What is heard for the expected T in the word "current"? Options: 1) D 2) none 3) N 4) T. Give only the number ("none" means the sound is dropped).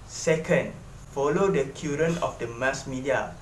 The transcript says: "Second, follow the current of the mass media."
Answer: 2